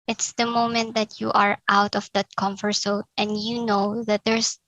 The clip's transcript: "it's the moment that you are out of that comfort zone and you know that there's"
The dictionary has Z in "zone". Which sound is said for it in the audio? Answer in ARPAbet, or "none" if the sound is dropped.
S